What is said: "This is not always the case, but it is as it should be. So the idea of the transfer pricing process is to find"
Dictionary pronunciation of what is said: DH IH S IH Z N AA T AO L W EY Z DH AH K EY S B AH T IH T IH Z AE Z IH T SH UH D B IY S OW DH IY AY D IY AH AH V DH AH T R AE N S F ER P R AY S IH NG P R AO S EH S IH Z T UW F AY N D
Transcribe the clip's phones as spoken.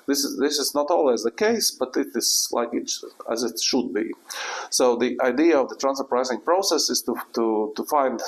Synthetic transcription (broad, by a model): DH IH S IH Z N AA T AO L W EY Z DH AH K EY S B AH T IH T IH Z AE Z IH T SH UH D B IY S OW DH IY AY D IY AH AH V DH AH T R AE N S ER P R AY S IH NG P R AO S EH S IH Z T UW F AY N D